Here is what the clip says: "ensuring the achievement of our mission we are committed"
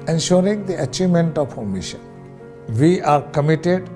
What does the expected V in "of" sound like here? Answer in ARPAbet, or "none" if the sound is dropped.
P